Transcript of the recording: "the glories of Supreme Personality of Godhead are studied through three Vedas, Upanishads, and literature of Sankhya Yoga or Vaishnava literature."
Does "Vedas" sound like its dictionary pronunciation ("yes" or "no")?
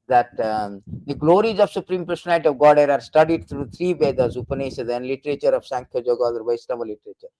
no